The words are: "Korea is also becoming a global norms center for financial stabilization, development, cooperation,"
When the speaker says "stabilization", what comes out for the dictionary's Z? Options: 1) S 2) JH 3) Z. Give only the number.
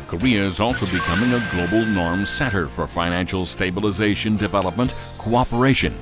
3